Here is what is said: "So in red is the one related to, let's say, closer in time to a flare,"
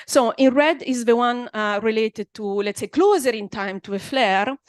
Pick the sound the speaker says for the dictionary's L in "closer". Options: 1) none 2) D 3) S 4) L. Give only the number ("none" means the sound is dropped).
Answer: 4